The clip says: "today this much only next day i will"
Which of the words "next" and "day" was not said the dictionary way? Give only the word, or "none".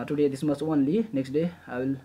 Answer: none